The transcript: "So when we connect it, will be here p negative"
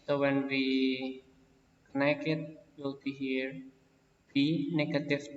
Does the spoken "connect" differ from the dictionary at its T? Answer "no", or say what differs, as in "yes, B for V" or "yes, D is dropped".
yes, T is dropped